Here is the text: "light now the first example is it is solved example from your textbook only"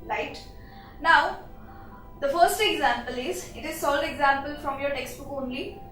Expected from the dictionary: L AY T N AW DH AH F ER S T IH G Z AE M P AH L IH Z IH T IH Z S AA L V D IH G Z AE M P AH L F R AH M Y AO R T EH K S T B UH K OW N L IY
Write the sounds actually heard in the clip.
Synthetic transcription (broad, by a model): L AY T N AW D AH F ER S T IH G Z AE M P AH L IH Z IH T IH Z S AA L D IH G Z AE M P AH L F R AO M Y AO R T EH K S T B UH K OW N L IY